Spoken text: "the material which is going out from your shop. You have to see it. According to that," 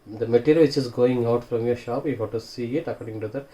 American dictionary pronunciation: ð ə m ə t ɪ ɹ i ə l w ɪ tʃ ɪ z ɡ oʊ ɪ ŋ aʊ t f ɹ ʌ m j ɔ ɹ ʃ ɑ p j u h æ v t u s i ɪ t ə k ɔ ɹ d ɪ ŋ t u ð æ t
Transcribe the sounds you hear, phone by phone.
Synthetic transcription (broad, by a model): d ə m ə t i ɹ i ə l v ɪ tʃ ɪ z ɡ oʊ ɪ ŋ aʊ t f ɹ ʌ m j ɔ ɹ ʃ ɑ p j u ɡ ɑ t u s i ɪ t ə k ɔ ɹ d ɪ ŋ t u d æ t